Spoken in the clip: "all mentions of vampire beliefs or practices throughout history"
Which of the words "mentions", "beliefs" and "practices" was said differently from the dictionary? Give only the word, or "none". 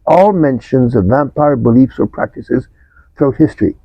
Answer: none